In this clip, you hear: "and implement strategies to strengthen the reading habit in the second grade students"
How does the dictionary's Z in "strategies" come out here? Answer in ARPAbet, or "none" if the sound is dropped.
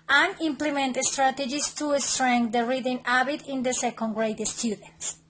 S